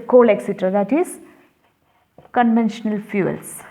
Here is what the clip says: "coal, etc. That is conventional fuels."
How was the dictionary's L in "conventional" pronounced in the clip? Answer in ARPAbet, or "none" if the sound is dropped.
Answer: L